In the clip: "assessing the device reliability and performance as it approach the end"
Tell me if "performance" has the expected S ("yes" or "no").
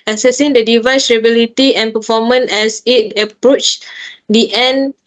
no